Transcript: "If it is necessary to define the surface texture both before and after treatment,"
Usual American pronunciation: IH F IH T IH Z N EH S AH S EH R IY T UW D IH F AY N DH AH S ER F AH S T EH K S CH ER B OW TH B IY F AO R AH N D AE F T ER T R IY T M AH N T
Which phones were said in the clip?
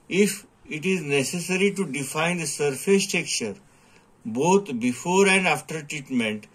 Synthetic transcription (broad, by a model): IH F IH T IH Z N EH S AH S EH R IY T UW D IH F AY N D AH S ER F AH S T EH K CH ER B OW T B IY F AO R AH N D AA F T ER T R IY T M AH N T